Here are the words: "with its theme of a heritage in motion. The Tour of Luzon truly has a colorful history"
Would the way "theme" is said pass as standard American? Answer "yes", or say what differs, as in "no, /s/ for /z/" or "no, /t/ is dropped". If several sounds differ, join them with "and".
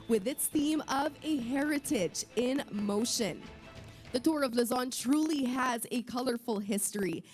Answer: yes